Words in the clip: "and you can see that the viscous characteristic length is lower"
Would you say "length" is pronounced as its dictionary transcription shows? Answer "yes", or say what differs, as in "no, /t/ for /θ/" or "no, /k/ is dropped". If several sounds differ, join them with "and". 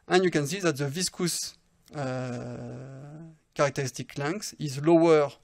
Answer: no, /s/ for /θ/